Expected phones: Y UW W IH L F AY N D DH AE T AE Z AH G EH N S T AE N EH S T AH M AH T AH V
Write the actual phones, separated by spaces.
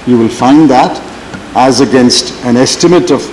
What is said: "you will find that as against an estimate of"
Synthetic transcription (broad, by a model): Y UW W IH L F AY N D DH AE T AE Z AH G EH N S T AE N EH S T AH M AH T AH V